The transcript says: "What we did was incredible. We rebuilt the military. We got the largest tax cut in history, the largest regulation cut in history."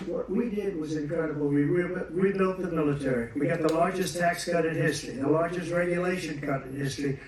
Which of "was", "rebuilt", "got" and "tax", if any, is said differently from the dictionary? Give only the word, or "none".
rebuilt